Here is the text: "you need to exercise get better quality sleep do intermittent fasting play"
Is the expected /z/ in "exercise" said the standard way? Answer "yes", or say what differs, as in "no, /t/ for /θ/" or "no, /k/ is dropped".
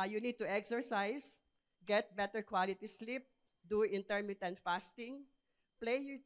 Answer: no, /s/ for /z/